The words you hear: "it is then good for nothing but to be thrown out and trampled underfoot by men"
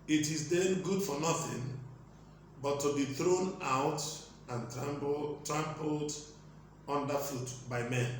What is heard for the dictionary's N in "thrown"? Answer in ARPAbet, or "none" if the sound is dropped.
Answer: N